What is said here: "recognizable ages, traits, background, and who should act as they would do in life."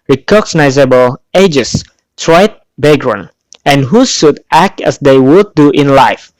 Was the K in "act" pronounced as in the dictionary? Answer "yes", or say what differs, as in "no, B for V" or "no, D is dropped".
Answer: yes